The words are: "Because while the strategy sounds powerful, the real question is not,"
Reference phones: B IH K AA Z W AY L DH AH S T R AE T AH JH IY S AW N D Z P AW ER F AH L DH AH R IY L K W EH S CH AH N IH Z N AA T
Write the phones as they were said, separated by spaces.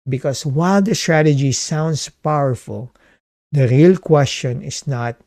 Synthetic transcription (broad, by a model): B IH K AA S W AY L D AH S T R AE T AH JH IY S AW N D S P AW ER F AH L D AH R IY L K W EH S CH AH N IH S N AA T